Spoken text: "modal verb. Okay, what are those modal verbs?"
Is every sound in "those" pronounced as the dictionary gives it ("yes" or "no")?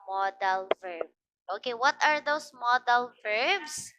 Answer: no